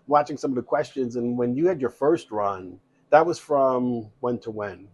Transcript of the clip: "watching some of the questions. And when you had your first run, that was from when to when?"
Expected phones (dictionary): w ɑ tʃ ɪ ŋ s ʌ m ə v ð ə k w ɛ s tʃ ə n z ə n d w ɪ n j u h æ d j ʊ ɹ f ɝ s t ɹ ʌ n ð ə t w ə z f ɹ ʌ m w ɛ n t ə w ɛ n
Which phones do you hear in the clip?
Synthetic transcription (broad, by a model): w ɑ tʃ ɪ ŋ s ʌ m ə v ð ə k w ɛ s tʃ ə n z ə n w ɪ n j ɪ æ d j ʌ ɹ f ɝ s t ɹ ʌ n ð ə t w ə z f ɹ ʌ m w ɛ n t ə w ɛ n